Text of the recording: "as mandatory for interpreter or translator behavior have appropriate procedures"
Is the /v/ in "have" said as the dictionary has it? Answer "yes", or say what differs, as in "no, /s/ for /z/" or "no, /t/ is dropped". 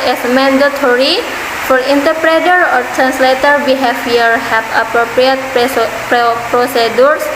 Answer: no, /b/ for /v/